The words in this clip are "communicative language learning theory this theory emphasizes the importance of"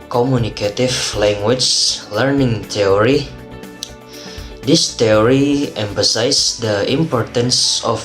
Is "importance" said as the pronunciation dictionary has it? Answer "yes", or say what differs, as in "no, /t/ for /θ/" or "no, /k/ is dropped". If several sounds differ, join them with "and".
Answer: yes